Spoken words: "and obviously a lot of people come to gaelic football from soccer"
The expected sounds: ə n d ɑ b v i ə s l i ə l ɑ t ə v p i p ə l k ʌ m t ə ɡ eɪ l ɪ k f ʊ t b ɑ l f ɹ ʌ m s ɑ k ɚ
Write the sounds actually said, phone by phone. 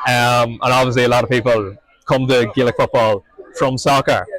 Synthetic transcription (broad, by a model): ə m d ɑ b v i ə s l i ə l ɑ t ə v p i p ə l k ʌ m t ə ɡ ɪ l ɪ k f ʊ t b ɑ l f ɹ ʌ m s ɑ k ɚ